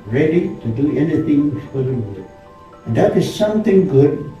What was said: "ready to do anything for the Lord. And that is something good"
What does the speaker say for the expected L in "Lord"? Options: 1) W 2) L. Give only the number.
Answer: 1